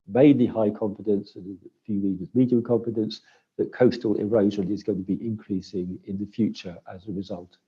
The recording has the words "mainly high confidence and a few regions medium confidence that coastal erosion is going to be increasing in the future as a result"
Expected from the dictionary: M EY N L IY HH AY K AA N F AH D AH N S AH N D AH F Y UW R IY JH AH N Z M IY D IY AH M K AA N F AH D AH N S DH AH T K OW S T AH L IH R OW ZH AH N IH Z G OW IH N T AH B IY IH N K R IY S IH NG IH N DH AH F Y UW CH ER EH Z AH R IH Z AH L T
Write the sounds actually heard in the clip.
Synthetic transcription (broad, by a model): M EY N L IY HH AY K AA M F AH D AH N S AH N AH F Y UW L IY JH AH Z M IY D IY AH M K AA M F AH D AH N S DH AH T K OW S T AH L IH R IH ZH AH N IH Z G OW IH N T AH B IY IH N K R IY S IH NG IH N DH AH F Y UW CH ER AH Z AH R IH Z AH L T